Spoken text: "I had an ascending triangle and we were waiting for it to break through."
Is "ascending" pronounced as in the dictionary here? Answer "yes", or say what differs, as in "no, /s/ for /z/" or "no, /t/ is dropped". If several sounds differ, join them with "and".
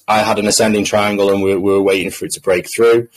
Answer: yes